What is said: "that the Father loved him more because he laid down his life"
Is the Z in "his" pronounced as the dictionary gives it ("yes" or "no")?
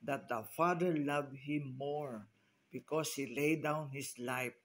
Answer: no